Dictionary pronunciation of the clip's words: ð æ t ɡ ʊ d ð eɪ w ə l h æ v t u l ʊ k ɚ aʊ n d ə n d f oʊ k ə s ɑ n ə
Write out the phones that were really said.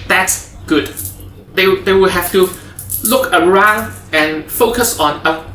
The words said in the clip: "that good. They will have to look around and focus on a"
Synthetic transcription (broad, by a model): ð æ t ɡ ʊ d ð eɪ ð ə w h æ f t u l ʊ k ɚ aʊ n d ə n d f oʊ k ə s ɑ n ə